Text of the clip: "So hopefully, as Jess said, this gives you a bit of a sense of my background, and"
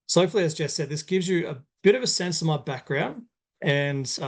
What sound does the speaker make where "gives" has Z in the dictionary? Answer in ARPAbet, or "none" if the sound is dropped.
Z